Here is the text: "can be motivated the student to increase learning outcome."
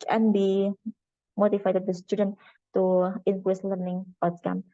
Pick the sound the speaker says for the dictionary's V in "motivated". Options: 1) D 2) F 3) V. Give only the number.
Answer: 2